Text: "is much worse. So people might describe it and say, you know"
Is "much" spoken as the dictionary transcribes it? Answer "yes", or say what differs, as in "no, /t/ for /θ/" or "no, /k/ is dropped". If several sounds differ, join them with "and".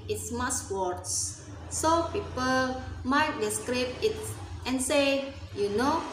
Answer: no, /s/ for /tʃ/